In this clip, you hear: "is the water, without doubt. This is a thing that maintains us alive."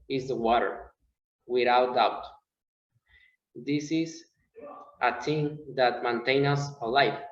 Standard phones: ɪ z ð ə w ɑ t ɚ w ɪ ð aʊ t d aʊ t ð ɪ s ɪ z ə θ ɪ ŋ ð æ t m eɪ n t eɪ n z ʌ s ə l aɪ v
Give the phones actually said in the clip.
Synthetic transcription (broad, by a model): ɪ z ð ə w ɑ t ɚ w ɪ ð aʊ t d aʊ t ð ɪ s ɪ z ə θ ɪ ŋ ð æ t m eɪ n t eɪ n ʌ s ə l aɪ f